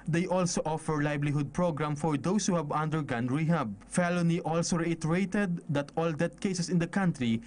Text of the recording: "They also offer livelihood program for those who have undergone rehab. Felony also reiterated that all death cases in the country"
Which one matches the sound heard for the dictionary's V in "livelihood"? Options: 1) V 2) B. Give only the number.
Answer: 2